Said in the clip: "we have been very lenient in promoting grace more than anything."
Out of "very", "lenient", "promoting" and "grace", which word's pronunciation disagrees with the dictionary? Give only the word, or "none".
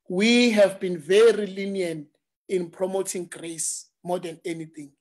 lenient